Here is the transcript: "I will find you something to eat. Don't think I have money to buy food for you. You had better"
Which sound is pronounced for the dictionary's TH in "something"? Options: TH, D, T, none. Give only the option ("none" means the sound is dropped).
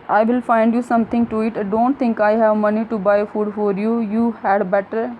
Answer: T